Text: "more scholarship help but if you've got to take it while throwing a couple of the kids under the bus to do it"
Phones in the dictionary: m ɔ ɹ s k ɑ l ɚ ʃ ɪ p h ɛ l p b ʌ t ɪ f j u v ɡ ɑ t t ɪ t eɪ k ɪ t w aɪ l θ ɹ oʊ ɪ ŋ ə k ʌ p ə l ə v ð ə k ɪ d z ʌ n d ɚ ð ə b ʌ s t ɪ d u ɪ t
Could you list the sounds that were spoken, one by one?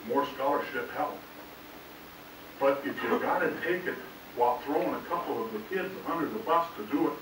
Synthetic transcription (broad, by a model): m ɔ ɹ s k ɑ l ɚ ʃ ɪ p h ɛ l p b ʌ t ɪ f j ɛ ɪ ɡ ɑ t t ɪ t eɪ k ɪ t w aɪ l θ ɹ oʊ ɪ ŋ ə k ʌ p l ə v ð ə k ɪ d z ʌ n d ɚ ð ə b ʌ s t ɪ d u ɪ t